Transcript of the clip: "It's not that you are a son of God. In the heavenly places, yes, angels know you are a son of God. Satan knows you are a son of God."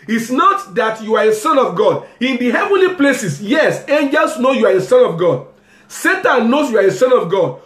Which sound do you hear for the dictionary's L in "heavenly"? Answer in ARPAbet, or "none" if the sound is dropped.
L